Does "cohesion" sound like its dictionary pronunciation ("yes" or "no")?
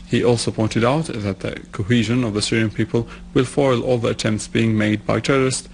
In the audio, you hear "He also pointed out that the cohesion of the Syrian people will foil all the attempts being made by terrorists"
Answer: yes